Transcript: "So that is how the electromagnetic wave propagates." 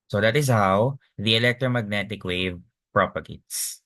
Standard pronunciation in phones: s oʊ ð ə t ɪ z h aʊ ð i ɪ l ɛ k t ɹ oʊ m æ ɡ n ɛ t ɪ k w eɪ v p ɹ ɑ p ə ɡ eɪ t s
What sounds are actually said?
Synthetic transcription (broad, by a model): s oʊ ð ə t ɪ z h aʊ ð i ɪ l ɛ k t ɹ oʊ m æ ɡ n ɛ t ɪ k w eɪ v p ɹ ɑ p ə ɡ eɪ t s